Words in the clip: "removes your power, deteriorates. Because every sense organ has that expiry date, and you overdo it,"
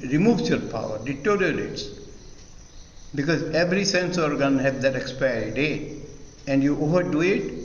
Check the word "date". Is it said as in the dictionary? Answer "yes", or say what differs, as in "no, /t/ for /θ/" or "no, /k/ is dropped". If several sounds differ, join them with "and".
no, /t/ is dropped